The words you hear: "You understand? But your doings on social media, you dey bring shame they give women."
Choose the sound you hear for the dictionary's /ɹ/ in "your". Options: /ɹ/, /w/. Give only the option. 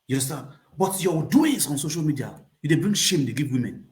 /w/